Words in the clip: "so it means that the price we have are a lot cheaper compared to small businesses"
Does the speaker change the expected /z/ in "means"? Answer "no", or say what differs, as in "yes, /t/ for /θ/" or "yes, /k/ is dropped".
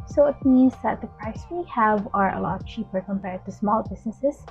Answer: no